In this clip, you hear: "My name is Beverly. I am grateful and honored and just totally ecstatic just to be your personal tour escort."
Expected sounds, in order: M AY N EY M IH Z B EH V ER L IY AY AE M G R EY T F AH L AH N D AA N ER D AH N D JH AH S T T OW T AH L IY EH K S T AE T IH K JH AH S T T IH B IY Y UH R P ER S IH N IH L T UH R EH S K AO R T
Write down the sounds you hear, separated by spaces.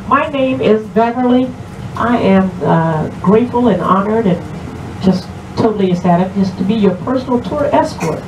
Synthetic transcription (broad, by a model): M AY N EY M IH Z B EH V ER L IY AY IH M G R EY T F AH L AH N AA N ER D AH N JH AH S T T OW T L IY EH S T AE T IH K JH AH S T T IH B IY Y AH R P ER S N L T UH R EH S K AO R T